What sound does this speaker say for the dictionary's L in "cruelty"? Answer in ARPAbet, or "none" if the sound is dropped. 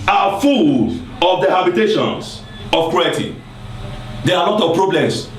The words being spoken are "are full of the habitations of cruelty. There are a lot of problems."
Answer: none